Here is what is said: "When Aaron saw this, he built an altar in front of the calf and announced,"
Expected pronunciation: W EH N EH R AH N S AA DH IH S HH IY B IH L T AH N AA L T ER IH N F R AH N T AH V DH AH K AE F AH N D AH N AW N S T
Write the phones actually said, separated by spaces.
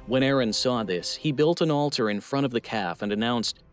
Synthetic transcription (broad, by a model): W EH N EH R AH N S AA DH IH S HH IY B IH L T AH N AA L T ER IH N F R AH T AH V DH AH K AE F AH N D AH N AW N S T